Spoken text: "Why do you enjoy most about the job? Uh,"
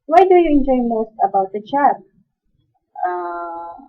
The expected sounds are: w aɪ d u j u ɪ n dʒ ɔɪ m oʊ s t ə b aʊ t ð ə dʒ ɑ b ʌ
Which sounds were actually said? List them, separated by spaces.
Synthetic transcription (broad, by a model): w aɪ d u j u ɪ n dʒ ɔɪ m oʊ s t ə b aʊ t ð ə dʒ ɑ ʌ